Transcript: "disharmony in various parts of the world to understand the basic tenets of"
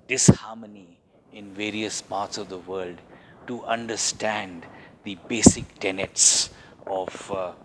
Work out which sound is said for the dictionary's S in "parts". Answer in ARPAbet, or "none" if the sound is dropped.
S